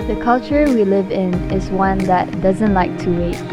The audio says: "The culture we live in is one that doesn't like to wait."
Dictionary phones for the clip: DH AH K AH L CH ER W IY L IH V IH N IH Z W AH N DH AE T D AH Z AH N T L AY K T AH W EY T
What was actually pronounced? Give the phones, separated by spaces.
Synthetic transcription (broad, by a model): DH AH K AH L CH ER W IY L IH V IH N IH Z W AH N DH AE T D AH Z AH N T L AY K T AH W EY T